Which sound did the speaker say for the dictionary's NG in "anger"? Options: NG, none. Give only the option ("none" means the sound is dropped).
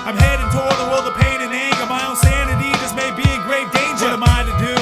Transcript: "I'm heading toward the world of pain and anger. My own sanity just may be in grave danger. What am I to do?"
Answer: none